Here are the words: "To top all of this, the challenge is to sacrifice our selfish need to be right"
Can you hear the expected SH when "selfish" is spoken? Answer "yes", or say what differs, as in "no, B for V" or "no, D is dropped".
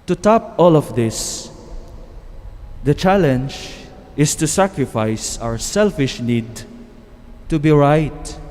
yes